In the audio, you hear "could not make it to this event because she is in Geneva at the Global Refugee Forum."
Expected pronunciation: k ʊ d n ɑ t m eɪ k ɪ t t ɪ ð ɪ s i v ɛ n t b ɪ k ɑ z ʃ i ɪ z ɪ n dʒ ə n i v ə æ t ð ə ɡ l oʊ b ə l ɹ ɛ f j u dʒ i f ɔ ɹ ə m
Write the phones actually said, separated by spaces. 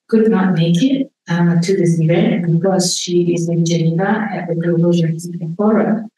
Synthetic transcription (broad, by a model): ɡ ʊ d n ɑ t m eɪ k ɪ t t ɪ ð ɪ s i v ɛ n t b ɪ k ɑ z ʃ i ɪ z ɪ n dʒ ə n i v ə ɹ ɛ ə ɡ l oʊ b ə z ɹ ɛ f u i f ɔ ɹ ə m